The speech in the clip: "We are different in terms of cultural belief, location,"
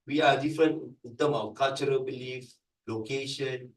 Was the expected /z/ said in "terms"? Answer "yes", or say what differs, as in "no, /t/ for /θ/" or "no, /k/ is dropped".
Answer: no, /z/ is dropped